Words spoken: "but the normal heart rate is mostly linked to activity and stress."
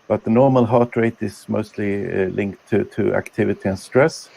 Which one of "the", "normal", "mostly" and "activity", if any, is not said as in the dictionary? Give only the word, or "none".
none